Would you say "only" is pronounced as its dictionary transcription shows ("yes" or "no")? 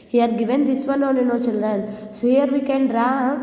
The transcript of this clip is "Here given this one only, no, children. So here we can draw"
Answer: no